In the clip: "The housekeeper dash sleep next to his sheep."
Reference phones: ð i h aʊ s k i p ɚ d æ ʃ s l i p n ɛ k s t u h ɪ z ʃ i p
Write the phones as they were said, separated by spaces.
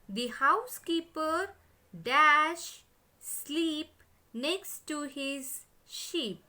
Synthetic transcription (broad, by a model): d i h aʊ s k i p ɚ d æ ʃ s l i p n ɛ k s t u h ɪ z ʃ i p